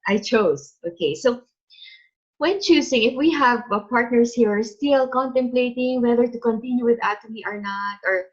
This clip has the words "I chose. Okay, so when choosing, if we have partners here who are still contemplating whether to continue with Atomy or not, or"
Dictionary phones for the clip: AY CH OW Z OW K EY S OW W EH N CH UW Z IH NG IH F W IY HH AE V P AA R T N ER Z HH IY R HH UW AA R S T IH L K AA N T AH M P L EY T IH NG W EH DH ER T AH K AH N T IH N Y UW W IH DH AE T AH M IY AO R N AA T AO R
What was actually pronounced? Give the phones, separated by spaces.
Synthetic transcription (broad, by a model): AY CH OW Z OW K EY S OW W EH N CH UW S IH NG IH F W IY HH AE V P AA R T N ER S HH IY R AA R S T IH L K AA N T AH M P L EY T IH NG W EH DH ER T AH K AH N T IH N Y UW W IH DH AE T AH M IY AO R N AA T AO R